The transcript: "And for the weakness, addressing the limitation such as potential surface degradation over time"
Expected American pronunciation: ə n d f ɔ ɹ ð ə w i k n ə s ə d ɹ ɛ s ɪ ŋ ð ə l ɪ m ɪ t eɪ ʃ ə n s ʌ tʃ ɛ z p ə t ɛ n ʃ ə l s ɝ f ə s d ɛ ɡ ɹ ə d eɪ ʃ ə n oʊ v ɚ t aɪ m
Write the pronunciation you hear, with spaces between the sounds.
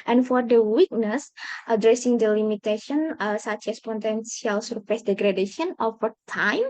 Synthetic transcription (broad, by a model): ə n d f ɔ ɹ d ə w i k n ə s ə d ɹ ɛ s ɪ ŋ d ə l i m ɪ t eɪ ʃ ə n s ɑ tʃ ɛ s p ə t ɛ n s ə l s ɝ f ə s d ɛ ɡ ɹ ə d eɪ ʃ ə n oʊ f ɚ t aɪ m